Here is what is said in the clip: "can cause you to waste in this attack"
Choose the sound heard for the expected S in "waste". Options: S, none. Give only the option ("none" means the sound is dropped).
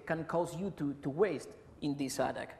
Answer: S